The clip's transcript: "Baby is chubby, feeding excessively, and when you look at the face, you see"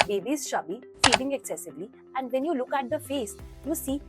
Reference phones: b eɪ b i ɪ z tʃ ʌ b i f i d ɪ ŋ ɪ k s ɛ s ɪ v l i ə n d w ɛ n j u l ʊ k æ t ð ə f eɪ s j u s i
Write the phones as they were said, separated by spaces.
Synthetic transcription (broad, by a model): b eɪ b i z ʃ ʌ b i f i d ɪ ŋ ɪ k s ɛ s ɪ v l i ə n d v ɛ n j u l ʊ k æ t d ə f eɪ s j u s i